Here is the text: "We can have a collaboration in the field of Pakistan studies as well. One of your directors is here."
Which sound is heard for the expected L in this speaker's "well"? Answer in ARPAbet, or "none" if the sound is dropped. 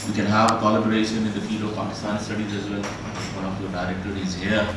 N